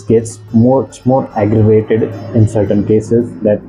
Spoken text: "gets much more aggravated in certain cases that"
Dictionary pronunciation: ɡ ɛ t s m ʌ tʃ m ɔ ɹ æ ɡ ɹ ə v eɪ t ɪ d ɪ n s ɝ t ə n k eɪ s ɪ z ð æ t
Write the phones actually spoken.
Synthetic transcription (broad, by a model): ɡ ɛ t s m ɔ s m ɔ ɹ æ ɡ ɹ ə v eɪ t ɪ d ɪ n s ɝ t ə n k eɪ s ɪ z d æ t